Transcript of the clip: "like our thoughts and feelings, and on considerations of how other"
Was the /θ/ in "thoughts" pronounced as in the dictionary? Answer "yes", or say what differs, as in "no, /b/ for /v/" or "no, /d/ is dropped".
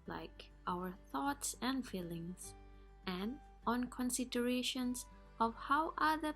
yes